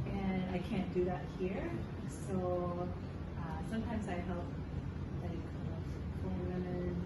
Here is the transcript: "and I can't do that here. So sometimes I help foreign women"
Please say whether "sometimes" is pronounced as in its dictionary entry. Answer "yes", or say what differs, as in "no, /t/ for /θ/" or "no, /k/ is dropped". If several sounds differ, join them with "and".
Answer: yes